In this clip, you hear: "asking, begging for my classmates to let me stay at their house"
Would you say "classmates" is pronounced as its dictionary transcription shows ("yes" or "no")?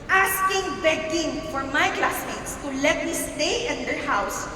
no